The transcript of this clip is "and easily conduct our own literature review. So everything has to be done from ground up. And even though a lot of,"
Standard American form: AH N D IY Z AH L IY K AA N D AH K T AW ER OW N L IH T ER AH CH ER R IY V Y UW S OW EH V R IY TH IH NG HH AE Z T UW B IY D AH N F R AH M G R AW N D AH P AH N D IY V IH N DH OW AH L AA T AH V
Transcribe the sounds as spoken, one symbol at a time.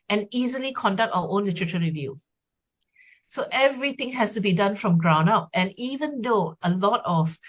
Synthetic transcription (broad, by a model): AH N IY Z AH L IY K AA N D AH K T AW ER OW N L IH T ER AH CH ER R IY V Y UW S OW EH V R IY T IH NG HH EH S T UW B IY D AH N F R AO M G R AW N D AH P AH N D IY V IH N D OW AH L AA T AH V